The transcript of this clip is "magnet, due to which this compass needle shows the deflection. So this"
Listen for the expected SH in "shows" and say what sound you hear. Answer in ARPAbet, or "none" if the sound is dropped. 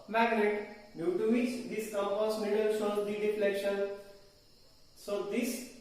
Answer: S